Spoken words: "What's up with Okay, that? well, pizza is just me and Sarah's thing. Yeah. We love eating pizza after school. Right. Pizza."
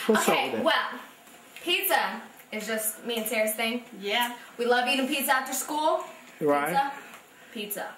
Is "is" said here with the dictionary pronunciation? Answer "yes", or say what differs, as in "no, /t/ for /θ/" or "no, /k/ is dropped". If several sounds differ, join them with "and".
yes